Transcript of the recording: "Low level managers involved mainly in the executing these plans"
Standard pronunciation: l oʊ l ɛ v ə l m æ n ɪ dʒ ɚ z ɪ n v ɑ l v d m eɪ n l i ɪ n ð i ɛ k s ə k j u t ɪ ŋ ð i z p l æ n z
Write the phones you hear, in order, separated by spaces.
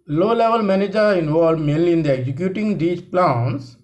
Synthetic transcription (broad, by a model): l oʊ l ɛ v ə l m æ n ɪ dʒ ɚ ɪ n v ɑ l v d m eɪ n l i ɪ n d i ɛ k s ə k j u t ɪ ŋ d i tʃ p l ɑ n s